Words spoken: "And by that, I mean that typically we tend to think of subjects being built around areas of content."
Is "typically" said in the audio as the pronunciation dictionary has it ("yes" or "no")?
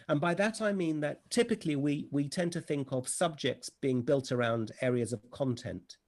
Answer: no